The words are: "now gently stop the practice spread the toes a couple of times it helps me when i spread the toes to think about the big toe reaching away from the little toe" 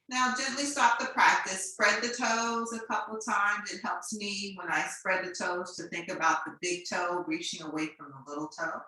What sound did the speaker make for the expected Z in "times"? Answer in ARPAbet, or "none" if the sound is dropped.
Z